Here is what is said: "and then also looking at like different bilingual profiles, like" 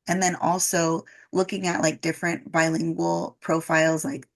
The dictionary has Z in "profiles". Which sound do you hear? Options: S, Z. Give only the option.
Z